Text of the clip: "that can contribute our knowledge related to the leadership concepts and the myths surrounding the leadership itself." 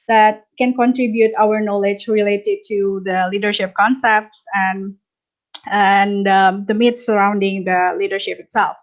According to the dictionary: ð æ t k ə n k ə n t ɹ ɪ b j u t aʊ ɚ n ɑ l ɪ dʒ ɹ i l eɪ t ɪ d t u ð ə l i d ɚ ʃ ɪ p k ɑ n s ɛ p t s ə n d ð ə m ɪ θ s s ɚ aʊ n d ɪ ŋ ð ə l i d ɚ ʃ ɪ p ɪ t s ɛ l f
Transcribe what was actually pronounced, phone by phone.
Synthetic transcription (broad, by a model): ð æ t k ə n k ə n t ɹ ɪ b j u t aʊ ɚ n ɑ l ɪ dʒ ɹ i l eɪ t ɪ d t u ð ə l i d ɚ ʃ ɪ p k ɑ n s ɛ p t s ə n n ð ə m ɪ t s s ɚ aʊ n d ɪ ŋ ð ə l i d ɚ ʃ ɪ p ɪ t s ɛ l f